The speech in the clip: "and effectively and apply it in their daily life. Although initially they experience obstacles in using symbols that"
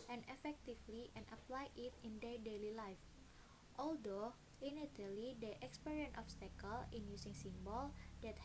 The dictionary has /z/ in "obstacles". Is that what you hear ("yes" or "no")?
no